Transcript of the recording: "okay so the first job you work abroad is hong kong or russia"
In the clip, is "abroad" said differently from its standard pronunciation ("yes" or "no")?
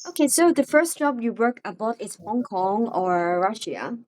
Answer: yes